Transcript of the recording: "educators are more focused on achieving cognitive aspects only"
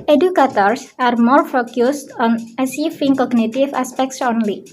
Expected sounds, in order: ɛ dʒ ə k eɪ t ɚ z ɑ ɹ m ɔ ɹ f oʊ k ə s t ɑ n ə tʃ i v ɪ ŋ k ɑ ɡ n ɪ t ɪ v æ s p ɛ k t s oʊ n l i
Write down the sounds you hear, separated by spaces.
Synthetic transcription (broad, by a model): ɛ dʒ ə k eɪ t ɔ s ɑ ɹ m ɔ ɹ f oʊ k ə s t ɑ n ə s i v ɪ ŋ k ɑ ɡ n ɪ t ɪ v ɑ s p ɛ k t s oʊ n l i